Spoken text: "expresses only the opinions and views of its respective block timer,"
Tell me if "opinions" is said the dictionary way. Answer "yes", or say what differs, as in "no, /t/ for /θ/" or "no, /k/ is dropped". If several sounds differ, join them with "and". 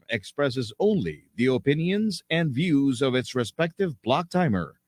yes